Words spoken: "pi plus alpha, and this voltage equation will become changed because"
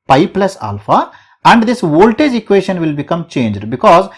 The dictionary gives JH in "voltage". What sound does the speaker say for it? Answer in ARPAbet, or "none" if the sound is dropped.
JH